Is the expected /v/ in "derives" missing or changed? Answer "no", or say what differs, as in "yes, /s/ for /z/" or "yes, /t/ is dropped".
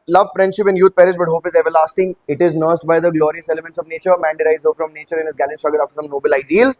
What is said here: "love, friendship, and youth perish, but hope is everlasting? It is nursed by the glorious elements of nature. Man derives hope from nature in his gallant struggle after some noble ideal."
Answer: yes, /v/ is dropped